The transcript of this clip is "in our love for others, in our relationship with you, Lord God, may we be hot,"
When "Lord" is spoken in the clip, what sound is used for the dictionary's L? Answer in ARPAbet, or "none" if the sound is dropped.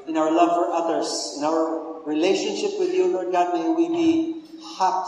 N